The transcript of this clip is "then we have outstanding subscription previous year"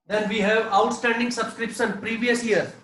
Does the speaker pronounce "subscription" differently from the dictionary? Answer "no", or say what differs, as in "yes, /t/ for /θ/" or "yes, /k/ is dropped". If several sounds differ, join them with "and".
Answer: yes, /s/ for /ʃ/